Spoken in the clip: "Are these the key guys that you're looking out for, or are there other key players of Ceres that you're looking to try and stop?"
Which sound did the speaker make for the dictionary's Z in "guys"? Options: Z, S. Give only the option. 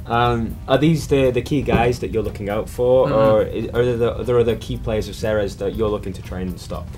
Z